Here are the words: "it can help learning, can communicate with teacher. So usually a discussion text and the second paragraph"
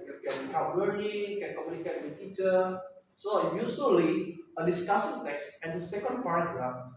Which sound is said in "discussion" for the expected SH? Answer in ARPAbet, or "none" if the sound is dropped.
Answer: S